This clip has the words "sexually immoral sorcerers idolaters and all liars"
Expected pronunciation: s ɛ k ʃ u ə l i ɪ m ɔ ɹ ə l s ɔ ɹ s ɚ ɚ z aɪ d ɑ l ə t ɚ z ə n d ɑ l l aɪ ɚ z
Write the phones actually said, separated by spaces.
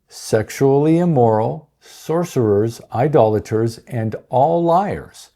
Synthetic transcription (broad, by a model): s ɛ k ʃ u l i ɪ m ɔ ɹ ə l s ɔ ɹ s ɚ ɚ z aɪ d ɑ l ə t ɚ z ə n d ɑ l l aɪ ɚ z